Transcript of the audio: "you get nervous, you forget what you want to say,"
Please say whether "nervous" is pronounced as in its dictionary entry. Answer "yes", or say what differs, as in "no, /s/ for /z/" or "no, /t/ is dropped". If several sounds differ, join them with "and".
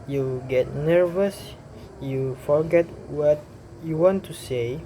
yes